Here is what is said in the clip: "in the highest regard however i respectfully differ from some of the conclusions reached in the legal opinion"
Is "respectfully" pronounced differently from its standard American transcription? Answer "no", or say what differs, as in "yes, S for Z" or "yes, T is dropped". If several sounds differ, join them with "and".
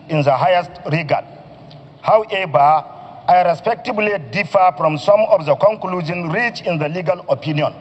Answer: yes, F is dropped